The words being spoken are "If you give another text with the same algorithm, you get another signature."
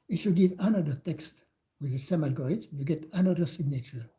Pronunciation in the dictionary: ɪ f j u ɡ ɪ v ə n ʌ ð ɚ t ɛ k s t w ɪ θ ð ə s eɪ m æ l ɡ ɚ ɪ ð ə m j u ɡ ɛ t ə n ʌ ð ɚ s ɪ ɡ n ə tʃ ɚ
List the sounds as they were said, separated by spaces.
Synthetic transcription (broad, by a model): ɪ f j u ɡ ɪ v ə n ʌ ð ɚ t ɛ k s t w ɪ ð ə s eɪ m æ l ɡ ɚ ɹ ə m j u ɡ ɛ t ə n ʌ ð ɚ s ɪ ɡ n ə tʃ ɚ